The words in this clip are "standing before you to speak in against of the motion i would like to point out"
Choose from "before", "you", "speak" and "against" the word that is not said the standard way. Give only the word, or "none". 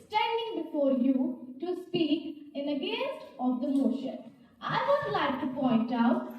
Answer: against